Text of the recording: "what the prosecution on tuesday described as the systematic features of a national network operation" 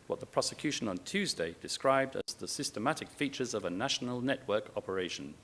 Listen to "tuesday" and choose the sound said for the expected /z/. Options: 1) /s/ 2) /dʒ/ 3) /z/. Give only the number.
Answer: 3